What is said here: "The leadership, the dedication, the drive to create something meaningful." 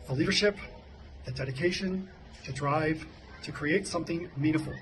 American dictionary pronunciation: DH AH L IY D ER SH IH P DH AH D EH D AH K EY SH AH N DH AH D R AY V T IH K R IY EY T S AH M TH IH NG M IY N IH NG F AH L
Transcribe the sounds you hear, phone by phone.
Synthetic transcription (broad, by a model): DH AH L IY D ER SH IH P DH AH D EH D AH K EY SH AH N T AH D R AY V T IH K R IY EY T S AH M TH IH NG M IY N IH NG F L